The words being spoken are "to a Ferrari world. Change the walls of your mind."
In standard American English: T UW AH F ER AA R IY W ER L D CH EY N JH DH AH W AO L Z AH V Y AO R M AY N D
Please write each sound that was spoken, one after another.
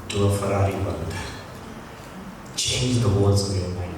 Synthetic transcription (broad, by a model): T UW AH F ER AA R IY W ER N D CH EY N JH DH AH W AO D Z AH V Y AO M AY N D